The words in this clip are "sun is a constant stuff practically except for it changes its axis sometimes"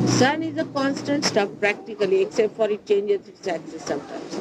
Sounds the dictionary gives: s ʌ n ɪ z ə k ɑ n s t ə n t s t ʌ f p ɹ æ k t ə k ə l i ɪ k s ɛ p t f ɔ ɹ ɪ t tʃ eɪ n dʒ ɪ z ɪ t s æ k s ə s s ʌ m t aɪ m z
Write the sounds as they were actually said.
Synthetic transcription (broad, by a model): s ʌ n ɪ z ə k ɑ n s t ə n t s t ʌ p p ɹ æ k t ə k ə l i ɪ k s ɛ p t f ɔ ɹ ɪ t tʃ eɪ n dʒ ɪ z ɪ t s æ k s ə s s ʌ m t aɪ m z